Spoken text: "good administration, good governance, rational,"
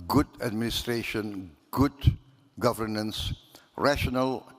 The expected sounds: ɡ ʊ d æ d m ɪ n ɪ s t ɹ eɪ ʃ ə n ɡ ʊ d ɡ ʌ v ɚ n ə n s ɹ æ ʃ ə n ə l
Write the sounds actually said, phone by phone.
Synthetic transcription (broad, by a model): ɡ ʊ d æ d m ɪ n ɪ s t ɹ eɪ ʃ ə n ɡ ʊ d ɡ ʌ v ɚ n ə n s ɹ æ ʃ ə n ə l